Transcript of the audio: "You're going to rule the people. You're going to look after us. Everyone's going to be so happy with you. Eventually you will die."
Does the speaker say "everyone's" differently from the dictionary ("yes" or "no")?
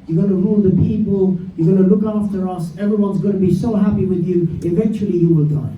no